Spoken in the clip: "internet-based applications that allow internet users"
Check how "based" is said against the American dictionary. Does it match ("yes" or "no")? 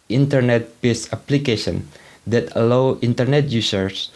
no